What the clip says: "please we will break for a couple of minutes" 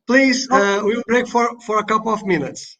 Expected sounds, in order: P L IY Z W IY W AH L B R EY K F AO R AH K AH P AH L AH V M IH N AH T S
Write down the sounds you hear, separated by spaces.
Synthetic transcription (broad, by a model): P L IY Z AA W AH W B R EY K F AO R AH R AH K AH L AH V M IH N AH T S